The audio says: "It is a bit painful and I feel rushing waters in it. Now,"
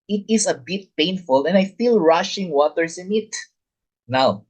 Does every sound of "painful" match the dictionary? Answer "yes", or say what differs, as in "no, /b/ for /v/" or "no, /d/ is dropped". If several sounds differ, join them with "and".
yes